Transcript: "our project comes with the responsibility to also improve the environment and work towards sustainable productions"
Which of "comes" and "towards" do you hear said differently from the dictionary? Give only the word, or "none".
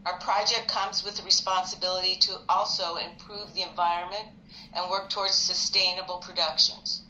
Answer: none